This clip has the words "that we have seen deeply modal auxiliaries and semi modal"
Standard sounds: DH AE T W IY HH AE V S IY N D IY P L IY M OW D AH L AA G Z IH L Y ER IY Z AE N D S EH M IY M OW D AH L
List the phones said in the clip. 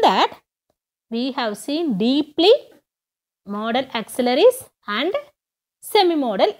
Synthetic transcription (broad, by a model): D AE T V IY HH AE V S IY N D IY P L IY M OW D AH L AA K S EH L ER IY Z AE N D S EH M IY M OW D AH L